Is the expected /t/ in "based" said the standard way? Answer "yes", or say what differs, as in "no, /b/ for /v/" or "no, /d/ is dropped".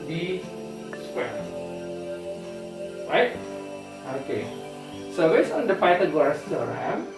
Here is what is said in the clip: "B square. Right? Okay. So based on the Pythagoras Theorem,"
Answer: no, /t/ is dropped